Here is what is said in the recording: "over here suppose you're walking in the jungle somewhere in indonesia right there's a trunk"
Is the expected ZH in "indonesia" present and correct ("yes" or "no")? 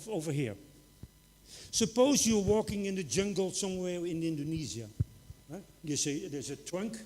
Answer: no